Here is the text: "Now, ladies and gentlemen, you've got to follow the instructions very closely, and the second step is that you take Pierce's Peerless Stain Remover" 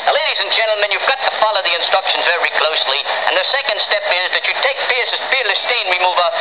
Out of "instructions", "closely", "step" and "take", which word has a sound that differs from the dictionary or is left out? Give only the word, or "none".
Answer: none